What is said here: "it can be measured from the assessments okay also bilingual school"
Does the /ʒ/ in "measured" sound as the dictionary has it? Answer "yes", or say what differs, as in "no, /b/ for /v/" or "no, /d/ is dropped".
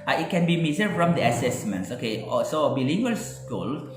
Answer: no, /z/ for /ʒ/